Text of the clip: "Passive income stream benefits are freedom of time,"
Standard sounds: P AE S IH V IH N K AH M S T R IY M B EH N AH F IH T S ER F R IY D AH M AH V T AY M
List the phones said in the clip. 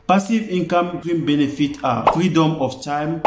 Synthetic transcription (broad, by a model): P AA S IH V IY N K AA M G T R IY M B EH N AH F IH T AA F R IY D AH M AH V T AY M